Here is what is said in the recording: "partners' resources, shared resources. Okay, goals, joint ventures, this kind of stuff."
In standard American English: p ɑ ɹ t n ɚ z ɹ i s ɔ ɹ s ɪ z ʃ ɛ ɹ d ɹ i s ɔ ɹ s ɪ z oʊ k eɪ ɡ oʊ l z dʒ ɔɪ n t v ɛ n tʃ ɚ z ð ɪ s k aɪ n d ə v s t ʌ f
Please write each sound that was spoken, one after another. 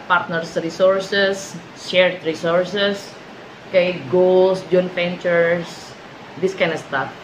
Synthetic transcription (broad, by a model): p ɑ ɹ t n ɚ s ɹ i s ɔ ɹ s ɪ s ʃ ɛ ɹ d ɹ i s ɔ ɹ s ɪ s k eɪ ɡ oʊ l s dʒ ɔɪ n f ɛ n tʃ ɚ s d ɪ s k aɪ n ə s t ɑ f